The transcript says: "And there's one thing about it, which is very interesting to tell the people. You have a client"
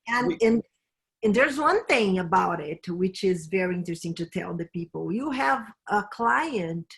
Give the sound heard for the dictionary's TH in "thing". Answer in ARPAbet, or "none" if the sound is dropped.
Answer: TH